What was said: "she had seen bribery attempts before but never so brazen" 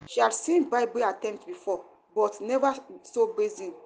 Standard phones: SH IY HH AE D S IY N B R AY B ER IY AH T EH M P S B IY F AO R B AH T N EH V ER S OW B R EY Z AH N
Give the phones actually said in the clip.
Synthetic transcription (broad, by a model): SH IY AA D S IY N B AY B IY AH T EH M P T B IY F AO B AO T N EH V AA S OW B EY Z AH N